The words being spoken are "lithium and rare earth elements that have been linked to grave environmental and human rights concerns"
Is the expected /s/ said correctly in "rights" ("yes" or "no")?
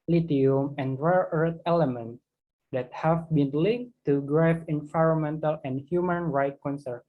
no